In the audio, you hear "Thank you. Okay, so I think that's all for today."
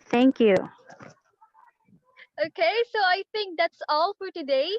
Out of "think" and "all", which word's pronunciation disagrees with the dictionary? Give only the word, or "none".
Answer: think